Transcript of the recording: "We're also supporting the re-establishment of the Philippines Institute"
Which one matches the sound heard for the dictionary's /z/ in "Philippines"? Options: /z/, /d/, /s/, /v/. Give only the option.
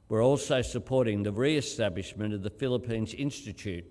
/z/